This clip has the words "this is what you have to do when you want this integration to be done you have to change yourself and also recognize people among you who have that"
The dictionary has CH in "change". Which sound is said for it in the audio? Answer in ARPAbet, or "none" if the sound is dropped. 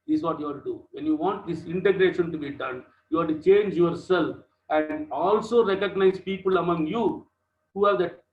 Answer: CH